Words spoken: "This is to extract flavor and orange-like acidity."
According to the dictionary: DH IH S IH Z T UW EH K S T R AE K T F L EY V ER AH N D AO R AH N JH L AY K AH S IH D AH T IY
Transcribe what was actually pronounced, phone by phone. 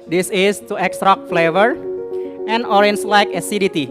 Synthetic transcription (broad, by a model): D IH S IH S T UW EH K S T R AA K F L EY V ER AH N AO R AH N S L AY K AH S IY D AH T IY